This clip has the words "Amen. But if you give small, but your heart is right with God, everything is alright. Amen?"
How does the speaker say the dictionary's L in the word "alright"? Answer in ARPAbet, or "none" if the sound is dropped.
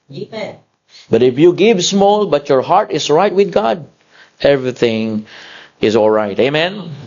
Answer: L